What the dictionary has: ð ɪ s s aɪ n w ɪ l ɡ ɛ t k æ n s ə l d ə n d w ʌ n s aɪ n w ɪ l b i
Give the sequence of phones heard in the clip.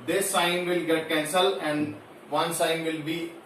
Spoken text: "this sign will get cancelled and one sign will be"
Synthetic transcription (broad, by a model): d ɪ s s aɪ n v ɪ l ɡ ɛ t k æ n s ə l ə n d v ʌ n s aɪ n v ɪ l b i